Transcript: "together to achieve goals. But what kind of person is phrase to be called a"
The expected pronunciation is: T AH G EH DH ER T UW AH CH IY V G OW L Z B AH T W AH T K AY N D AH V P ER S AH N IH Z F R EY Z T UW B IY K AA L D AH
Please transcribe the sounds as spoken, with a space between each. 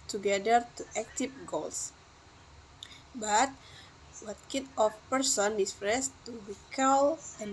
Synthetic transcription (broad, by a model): T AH G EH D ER T UW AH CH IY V G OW L S B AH T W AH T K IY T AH F P ER S AH N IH S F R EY S T UW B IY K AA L AH